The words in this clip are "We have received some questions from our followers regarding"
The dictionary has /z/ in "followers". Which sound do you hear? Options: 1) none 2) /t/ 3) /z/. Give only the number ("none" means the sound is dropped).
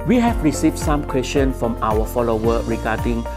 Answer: 1